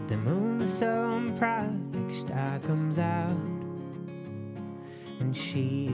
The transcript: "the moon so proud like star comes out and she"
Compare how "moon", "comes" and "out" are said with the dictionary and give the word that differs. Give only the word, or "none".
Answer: none